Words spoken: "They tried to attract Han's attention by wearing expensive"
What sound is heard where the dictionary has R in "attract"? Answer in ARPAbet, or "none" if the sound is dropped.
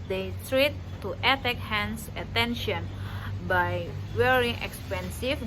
none